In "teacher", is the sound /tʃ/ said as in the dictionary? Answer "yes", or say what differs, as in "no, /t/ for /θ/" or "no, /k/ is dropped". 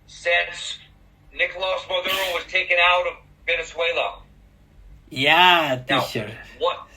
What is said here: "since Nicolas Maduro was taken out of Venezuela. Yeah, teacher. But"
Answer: no, /ʃ/ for /tʃ/